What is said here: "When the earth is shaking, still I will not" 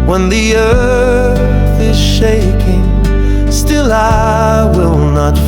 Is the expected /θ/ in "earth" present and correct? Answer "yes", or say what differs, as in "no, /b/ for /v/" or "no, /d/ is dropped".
yes